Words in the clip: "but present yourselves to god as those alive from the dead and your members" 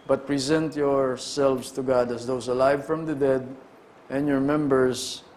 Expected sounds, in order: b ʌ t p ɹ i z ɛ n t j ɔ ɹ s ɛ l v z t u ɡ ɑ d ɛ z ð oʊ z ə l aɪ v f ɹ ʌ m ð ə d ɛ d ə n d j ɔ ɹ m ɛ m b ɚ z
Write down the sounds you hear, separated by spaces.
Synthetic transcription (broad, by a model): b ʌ t p ɹ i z ɛ n t j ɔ ɹ s ɛ l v s t u ɡ ɑ d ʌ s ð oʊ s ə l aɪ v f ɹ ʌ m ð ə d ɛ d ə n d j ɔ ɹ m ɛ m b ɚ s